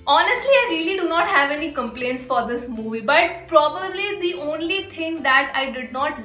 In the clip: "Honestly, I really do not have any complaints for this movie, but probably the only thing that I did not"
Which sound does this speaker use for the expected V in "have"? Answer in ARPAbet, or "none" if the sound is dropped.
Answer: V